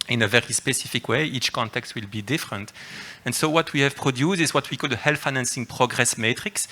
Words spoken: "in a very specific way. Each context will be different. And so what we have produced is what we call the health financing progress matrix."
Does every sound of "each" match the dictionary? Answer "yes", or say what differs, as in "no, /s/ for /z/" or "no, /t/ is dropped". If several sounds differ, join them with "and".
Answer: yes